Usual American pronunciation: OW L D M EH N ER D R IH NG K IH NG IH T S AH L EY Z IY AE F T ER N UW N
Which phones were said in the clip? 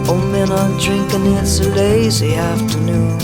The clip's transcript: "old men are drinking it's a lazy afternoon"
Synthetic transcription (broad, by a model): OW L M EH N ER D R IH NG K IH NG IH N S AH L EY Z IY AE F T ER N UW N